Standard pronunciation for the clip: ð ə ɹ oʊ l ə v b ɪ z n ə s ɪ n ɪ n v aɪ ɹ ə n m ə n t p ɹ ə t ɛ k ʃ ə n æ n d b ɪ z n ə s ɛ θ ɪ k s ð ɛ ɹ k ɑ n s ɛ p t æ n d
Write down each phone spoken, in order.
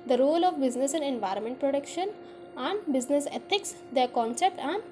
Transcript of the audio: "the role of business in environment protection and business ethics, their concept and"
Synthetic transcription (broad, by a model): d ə ɹ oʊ l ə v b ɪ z n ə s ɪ n ɪ n v aɪ ɹ ə n m ə n t p ɹ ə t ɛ k ʃ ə n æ n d b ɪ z n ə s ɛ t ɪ k s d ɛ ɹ k ɑ n s ɛ p t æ n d